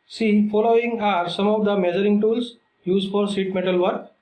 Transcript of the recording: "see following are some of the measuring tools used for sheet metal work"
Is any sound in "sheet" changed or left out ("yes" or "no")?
yes